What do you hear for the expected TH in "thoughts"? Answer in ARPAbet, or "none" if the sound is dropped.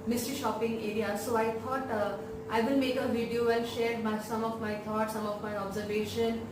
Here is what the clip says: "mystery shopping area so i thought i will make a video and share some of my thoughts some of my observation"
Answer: T